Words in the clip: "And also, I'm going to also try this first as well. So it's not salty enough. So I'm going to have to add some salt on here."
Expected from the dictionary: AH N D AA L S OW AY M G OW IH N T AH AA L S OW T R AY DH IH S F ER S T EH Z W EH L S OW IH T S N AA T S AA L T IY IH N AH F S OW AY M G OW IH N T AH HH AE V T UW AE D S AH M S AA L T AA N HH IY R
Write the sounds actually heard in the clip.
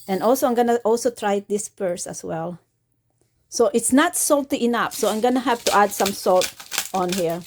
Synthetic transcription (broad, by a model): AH N AA L S OW AY M G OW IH N T AA L S OW T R AY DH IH S P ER S EH S W EH L S OW IH T S N AA T S AA L T IY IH N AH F S OW AY M G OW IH N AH HH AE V T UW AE D S AH M S AA L T AA N HH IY R